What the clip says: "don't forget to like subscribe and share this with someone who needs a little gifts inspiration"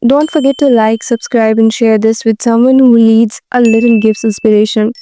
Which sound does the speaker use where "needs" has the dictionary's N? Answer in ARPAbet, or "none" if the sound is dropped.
L